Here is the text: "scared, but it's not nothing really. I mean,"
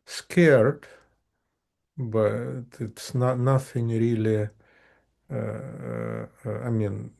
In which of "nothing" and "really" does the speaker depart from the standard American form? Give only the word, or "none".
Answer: nothing